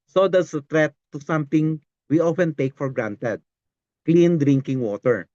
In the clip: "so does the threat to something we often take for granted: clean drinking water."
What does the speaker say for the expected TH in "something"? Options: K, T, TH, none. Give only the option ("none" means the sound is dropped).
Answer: T